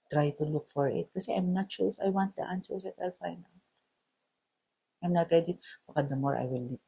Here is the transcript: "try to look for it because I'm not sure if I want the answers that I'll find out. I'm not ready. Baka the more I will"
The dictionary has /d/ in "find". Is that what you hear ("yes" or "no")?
no